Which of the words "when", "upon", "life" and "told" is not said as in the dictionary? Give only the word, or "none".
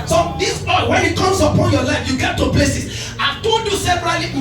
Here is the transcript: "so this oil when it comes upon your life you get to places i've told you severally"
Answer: told